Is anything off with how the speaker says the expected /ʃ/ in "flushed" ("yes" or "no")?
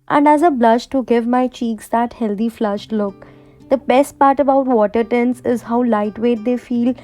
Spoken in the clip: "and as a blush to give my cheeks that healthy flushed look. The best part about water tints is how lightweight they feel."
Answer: no